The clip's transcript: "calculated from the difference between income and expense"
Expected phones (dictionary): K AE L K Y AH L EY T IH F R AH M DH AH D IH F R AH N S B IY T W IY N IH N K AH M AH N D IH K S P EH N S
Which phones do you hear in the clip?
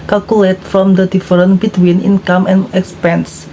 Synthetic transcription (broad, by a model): K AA L K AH L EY T F R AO M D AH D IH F R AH N B IY T W IY N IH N K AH M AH N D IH K S P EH N S